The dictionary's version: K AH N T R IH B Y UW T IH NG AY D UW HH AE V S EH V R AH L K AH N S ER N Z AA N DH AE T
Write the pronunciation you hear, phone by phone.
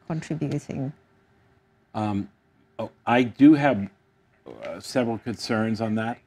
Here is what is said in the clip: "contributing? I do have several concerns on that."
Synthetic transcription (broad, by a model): K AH N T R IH B Y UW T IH NG AY D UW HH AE V S EH V R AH L K AH N S ER N Z N DH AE T